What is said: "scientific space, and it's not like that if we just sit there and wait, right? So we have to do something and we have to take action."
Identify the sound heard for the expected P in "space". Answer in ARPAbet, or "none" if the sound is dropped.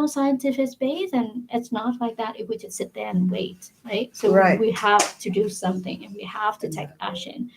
B